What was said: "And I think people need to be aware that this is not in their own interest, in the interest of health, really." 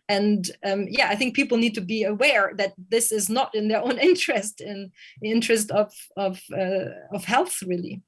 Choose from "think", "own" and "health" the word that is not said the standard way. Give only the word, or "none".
none